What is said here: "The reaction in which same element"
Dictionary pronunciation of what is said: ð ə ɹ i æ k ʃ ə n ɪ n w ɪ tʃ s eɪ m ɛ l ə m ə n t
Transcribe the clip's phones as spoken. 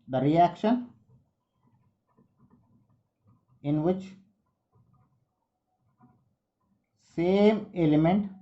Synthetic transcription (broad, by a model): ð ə ɹ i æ k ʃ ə n ɪ n w ɪ tʃ s eɪ m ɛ l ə m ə n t